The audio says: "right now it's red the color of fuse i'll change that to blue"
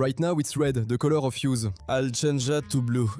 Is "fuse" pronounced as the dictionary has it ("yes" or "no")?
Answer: yes